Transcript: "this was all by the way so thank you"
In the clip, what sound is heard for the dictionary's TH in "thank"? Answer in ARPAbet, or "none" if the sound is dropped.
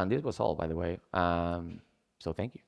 TH